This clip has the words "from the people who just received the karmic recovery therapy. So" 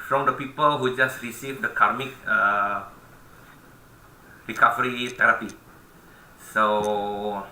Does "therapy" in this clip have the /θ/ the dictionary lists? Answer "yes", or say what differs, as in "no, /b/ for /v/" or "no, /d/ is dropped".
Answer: no, /t/ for /θ/